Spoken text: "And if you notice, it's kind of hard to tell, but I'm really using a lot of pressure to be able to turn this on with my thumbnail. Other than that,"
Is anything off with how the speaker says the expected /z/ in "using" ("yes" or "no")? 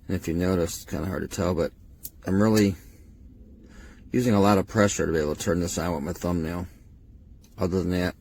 no